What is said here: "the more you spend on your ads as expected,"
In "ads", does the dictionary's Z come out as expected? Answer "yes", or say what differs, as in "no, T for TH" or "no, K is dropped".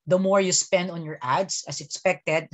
no, S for Z